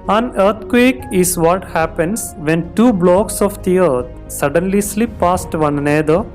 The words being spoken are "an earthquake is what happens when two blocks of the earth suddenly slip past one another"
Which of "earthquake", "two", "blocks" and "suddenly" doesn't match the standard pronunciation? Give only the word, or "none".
earthquake